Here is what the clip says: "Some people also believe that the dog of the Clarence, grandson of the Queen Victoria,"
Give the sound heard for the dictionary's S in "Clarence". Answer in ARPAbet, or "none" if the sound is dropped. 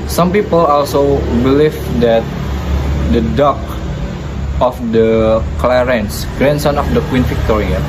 S